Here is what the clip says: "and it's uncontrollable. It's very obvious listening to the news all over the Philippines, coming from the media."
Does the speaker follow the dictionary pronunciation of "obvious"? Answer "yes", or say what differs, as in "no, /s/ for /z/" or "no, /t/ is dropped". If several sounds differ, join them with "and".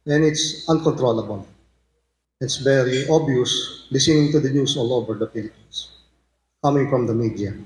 no, /v/ is dropped